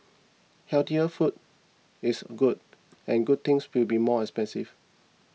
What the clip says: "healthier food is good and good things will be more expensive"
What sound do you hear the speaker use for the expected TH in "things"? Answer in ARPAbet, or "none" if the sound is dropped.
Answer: T